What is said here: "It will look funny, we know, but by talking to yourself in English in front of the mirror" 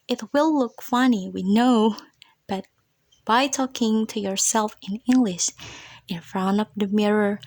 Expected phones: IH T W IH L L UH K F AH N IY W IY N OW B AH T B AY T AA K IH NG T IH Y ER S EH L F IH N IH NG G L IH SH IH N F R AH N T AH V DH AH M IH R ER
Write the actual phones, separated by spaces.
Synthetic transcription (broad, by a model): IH T W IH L L UH K F AH N IY W IY N OW B AH T B AY T AA K IH NG T IH Y ER S EH L F IH N IH NG G L IH SH IH N F R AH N AH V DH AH M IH R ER